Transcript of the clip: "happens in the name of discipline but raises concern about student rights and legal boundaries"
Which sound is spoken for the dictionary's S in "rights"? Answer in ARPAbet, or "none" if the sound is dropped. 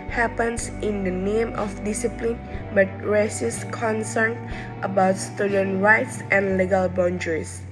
S